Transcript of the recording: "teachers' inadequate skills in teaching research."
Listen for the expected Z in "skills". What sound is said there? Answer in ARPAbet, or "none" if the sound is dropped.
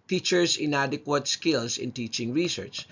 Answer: S